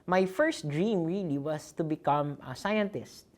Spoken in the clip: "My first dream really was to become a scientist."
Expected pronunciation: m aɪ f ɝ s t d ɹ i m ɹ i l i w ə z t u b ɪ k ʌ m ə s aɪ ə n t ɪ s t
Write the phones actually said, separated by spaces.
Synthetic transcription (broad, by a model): m aɪ f ɝ s t d ɹ i m ɹ i l i w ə s t u b ɪ k ʌ m s aɪ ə n t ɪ s t